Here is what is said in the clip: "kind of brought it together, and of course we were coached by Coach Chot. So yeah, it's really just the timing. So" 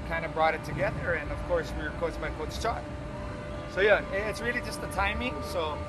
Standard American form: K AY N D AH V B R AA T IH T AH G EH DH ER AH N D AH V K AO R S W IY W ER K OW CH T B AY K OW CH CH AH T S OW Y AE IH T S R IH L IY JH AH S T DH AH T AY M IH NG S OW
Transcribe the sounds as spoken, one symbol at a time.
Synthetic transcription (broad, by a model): K AY N D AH B R AA T IH T AH G EH DH ER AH N AH V K AO R S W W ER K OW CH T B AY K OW S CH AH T S OW Y AE IH T S R IH L IY JH AH S T DH AH T AY M IH NG S OW